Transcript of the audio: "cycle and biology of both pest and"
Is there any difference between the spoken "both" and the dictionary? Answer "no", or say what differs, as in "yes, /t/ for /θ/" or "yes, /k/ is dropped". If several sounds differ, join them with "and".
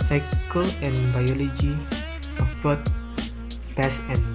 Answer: yes, /t/ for /θ/